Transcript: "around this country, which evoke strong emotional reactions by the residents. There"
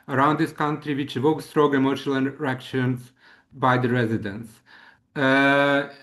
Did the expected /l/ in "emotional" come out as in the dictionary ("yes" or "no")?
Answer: no